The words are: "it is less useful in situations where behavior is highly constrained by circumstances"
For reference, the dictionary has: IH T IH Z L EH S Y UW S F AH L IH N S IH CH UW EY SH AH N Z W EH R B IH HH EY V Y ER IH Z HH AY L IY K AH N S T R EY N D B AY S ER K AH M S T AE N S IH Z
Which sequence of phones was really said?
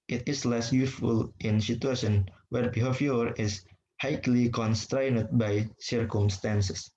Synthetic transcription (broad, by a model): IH T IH S L EH S Y UW S F AH L IH N S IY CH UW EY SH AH N W EH R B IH HH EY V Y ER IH S HH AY L IY K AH N S T R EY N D B AY S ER K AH M S T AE N S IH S